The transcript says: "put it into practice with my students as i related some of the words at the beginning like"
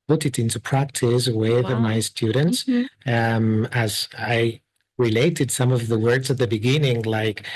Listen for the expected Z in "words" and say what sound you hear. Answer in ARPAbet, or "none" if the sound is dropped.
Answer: Z